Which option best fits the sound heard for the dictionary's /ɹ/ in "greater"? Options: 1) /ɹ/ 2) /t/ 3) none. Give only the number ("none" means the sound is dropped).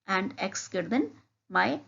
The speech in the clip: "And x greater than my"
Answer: 3